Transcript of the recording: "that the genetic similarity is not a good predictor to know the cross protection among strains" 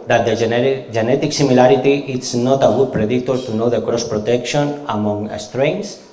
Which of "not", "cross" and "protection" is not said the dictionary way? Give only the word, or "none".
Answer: none